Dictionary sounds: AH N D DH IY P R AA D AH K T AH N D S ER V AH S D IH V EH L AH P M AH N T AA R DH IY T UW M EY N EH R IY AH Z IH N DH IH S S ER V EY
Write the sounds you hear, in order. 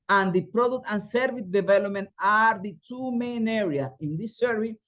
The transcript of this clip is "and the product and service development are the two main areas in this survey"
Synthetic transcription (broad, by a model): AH N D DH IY P R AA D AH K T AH N S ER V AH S D IH V EH L AH P M AH N T AA R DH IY T UW M EY N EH R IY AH IH N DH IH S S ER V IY